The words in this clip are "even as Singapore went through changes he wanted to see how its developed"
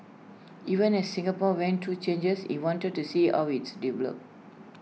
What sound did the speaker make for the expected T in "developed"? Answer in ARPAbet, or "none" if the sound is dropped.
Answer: none